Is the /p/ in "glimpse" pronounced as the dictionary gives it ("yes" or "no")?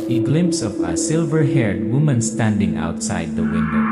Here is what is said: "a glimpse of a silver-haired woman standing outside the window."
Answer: yes